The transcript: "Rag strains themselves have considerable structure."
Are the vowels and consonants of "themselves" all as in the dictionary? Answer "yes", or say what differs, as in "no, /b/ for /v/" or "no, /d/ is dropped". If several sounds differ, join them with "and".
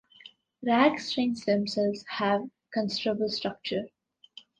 no, /v/ is dropped